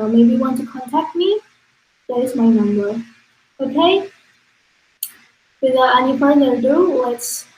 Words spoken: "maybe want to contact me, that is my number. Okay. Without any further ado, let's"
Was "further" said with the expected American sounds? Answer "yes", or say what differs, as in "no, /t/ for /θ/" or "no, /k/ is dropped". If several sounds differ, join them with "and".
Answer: no, /p/ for /f/